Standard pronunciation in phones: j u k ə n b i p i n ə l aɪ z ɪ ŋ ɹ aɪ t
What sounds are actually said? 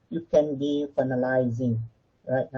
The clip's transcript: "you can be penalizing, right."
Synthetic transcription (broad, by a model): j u k ə n b i f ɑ n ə l aɪ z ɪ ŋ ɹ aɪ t